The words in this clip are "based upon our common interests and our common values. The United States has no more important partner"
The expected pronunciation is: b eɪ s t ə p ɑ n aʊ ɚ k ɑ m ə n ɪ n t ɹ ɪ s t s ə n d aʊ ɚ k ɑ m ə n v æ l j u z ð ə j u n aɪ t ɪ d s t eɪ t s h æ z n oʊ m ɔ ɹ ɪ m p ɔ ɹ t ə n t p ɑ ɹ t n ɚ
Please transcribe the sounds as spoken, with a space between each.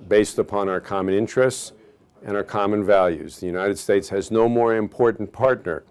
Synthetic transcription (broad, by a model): b eɪ s t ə p ɑ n aʊ ɚ k ɑ m ə n ɪ n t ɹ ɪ s t s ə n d aʊ ɚ k ɑ m ə n v æ l j u z ð ə j u n aɪ t ɪ d s t eɪ t s h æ z n oʊ m ɔ ɹ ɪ m p ɔ ɹ t n p ɑ ɹ t n ɚ